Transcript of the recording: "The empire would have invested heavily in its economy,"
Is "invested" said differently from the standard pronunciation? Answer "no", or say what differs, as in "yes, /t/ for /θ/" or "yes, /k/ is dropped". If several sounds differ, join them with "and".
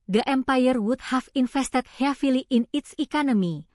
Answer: yes, /f/ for /v/